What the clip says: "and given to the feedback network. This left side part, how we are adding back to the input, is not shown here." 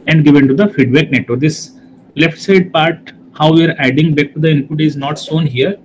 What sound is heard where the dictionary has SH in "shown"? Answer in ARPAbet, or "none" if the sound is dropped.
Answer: S